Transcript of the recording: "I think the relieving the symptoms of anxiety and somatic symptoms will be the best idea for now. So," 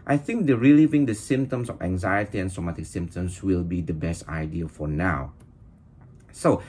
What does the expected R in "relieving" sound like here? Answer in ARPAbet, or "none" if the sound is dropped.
R